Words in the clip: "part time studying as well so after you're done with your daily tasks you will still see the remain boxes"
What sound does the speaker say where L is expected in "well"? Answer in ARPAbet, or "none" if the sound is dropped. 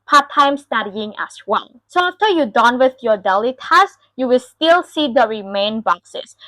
N